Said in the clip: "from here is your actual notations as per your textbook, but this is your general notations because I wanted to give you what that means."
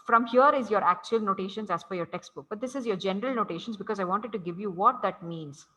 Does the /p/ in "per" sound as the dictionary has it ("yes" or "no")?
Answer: no